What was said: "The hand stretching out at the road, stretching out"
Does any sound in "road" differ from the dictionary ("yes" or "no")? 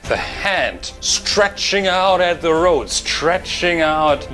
no